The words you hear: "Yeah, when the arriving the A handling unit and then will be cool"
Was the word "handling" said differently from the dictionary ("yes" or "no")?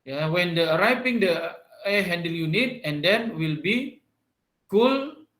yes